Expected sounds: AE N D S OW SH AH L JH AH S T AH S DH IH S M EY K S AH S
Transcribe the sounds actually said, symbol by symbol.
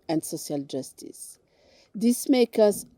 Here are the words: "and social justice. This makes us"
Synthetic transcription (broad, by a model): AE N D S OW SH AH L JH AH S T AH S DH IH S M EY K AH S